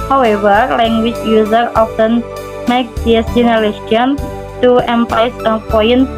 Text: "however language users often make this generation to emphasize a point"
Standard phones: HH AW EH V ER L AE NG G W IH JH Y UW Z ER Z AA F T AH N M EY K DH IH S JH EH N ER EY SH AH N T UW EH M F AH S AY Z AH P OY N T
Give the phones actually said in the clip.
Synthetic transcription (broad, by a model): HH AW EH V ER L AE NG G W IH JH Y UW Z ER AA F T AH N M EY K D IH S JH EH N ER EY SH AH N T UW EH M P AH IH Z AH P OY N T